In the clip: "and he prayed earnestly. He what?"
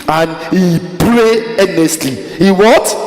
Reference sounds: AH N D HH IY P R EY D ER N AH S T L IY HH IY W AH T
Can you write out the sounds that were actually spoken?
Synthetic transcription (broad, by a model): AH N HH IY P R EY ER N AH S T L IY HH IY W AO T